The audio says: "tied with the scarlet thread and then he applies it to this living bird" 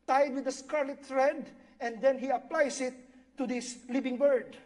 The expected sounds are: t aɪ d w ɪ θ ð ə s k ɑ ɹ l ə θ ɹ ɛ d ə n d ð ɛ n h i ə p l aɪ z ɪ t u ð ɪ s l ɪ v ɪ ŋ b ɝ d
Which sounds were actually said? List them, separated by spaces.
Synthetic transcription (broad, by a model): t aɪ d w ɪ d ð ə s k ɑ ɹ l ə t ɹ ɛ d ə n d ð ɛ n h i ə p l aɪ s ɪ t u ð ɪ s l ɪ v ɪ ŋ b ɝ d